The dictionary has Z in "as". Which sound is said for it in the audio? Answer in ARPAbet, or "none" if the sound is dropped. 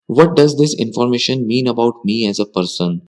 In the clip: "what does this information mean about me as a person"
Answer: Z